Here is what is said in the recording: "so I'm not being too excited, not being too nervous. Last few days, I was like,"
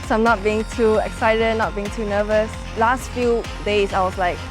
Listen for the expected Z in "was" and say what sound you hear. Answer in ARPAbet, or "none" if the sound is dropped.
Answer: S